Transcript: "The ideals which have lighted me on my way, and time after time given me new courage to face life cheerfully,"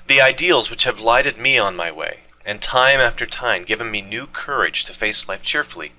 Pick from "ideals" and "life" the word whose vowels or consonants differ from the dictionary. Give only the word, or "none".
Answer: none